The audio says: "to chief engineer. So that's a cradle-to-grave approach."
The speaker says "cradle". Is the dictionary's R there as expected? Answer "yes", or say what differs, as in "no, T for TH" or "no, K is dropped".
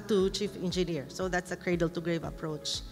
yes